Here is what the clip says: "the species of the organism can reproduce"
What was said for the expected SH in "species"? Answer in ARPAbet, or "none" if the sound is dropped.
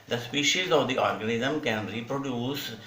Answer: SH